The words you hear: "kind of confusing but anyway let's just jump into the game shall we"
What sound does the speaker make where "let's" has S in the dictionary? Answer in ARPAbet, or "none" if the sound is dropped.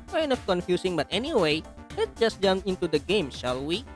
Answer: none